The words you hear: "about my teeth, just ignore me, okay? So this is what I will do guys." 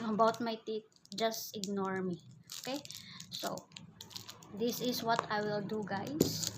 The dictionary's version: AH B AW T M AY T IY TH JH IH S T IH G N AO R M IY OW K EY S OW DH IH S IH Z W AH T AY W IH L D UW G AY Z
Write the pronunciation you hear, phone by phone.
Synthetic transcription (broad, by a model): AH B AW T M AY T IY T JH IH S T IH G N AO R M IY OW K EY S OW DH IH S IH S W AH T AY W IH L D UW G AY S